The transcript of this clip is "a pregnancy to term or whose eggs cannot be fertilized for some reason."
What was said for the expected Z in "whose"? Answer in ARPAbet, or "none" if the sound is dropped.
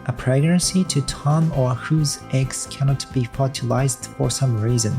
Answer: Z